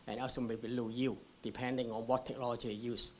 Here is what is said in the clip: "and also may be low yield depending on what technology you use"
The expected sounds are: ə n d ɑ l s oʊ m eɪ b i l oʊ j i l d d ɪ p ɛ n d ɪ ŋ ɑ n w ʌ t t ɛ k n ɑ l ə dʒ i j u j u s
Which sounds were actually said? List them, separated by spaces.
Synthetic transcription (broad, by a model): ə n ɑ s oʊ m eɪ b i l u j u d d ɪ p ɛ n d ɪ ŋ ɑ n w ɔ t t ɛ k n ɑ l ə dʒ i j j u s